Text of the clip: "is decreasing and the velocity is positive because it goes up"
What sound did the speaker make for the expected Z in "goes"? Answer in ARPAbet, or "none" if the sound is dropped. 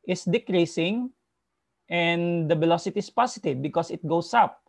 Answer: S